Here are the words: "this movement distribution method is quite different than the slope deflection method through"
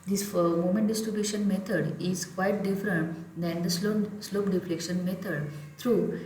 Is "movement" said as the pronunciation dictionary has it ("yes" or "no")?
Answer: no